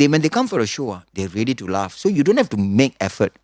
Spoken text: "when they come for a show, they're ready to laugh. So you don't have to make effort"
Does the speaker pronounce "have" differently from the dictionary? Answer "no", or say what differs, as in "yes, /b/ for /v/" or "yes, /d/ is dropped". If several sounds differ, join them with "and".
yes, /f/ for /v/